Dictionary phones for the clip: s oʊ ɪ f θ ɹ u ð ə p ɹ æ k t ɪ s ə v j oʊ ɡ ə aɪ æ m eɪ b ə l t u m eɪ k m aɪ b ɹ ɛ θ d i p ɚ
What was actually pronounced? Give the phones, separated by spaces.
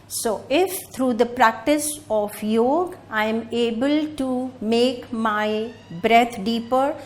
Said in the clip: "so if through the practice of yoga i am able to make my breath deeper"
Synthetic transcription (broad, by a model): s oʊ ɪ f t ɹ u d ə p ɹ æ k t ɪ s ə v j oʊ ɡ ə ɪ m eɪ b ə l t u m eɪ k m aɪ b ɹ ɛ t d i p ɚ